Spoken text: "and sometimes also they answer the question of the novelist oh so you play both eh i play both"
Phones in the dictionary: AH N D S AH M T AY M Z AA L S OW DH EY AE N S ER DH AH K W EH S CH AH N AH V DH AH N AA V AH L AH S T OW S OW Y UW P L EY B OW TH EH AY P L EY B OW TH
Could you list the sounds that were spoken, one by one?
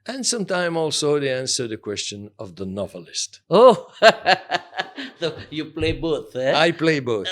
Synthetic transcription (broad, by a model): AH N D S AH M T AY M AA L S OW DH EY AE N S ER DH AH K W EH S CH AH N AH V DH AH N AA V AH L AH S T OW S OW Y UW P L EY B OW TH EH AY P L EY B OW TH